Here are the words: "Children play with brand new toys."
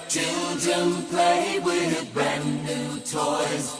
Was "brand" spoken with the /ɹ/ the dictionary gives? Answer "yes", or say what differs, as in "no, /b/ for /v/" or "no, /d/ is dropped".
no, /ɹ/ is dropped